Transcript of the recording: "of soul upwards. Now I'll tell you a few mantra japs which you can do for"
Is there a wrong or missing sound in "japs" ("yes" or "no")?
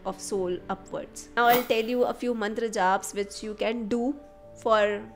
yes